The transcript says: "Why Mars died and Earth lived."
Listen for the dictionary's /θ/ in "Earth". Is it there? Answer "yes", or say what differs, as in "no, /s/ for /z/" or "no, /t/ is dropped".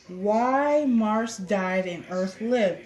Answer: yes